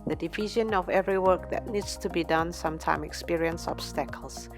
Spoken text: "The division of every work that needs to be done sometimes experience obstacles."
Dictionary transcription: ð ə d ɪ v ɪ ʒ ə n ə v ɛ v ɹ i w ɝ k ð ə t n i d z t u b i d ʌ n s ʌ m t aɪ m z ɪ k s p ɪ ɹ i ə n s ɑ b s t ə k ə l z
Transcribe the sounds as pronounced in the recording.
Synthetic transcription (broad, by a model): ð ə d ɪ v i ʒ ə n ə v ɛ v ɹ i w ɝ k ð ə t n i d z t u b i d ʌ n s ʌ m t aɪ m ɪ k s p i ɹ i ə n s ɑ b s t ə k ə l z